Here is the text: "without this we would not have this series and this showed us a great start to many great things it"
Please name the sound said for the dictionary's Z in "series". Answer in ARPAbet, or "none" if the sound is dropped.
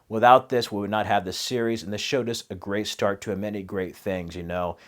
Z